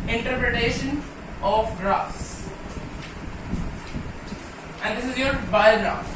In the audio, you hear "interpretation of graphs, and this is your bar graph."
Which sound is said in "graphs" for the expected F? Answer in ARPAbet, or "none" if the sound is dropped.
none